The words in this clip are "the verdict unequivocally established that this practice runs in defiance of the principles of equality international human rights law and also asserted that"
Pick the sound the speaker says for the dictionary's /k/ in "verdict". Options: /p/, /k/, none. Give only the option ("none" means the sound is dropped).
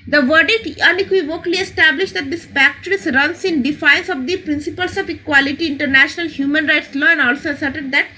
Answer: none